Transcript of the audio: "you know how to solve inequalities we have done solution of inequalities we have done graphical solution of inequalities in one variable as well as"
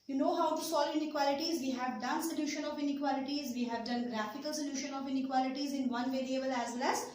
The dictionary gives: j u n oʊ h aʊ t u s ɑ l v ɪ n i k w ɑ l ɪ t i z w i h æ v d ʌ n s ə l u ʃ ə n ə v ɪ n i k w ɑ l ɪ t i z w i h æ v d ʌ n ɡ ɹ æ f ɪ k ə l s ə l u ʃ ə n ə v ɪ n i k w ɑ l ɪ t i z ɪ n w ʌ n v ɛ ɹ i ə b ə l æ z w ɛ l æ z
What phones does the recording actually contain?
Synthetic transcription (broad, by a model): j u n oʊ h aʊ t u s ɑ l ɪ n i k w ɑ l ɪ t i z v i h æ v d ʌ n s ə l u ʃ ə n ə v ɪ n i k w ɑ l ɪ t i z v i h æ v d ʌ n ɡ ɹ æ f ɪ k ə l s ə l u ʃ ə n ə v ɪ n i k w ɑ l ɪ t i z ɪ n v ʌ n v ɛ ɹ i ə b ə l æ z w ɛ l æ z